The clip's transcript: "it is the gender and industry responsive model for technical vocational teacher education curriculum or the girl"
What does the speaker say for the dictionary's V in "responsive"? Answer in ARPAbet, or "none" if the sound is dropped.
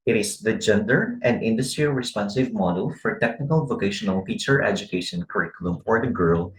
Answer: V